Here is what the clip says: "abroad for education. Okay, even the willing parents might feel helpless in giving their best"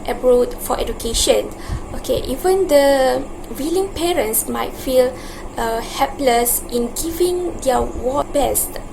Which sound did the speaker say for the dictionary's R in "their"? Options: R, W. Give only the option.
W